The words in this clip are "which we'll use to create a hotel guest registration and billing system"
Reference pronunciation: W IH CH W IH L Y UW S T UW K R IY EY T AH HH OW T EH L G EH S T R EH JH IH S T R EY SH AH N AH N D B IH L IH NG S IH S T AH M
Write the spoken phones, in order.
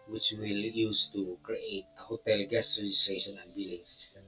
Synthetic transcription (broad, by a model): W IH CH W IH L Y UW S T UW K R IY EY T AH HH OW T EH L G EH S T R EH JH IH S T R EY SH AH N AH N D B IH L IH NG S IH S T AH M